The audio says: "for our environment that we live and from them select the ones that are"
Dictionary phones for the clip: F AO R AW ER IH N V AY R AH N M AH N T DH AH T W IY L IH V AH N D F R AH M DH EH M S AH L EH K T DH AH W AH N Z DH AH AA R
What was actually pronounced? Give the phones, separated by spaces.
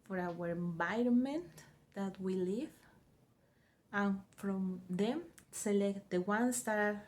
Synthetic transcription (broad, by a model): F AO R AW ER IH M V AY R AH N M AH N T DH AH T W IY L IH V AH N F R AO M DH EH M S AH L EH K T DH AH W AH N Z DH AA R